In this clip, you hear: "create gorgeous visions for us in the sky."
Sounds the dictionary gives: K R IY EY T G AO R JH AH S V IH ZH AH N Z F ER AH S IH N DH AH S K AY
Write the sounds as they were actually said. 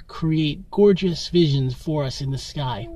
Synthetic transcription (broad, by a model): K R IY EY T G AO R JH AH S V IH ZH AH N Z F ER AH S IH N DH AH S K AY